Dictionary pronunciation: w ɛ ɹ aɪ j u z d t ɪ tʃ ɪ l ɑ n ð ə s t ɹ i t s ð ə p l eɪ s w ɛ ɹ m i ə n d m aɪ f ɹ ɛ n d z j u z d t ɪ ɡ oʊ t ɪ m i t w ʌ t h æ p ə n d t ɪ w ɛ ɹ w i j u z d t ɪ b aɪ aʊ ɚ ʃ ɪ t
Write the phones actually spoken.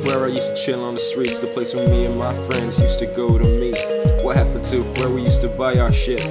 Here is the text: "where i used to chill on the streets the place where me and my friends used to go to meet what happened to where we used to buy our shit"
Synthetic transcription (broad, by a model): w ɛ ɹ aɪ j u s t ɪ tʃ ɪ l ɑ n ð ə s t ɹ i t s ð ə p l eɪ s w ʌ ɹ m i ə n m aɪ f ɹ ɛ n d z j u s t ɪ ɡ oʊ t ɪ m i w ʌ t h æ p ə n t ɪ w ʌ ɹ w i j u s t ɪ b aɪ aʊ ɚ ʃ ɪ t